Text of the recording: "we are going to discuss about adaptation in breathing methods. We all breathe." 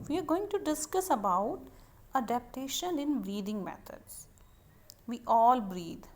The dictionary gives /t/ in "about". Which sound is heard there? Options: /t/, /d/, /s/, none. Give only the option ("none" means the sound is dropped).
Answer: /t/